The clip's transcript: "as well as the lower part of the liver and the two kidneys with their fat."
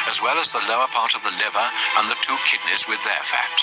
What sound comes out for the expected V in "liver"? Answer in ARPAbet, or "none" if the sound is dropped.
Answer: V